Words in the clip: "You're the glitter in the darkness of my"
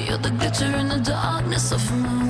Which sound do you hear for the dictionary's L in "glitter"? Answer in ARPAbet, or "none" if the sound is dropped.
none